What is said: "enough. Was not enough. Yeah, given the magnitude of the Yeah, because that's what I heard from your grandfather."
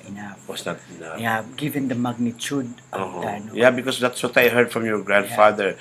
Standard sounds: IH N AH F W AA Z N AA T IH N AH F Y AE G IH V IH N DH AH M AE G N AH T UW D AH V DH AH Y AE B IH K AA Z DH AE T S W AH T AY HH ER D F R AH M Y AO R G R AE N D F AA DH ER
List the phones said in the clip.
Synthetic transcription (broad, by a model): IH N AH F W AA S N AA T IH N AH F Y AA G IH V IH N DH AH M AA G N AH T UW D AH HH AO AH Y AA B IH K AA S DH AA T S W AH T AY HH ER D F R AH M Y AO R G R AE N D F AA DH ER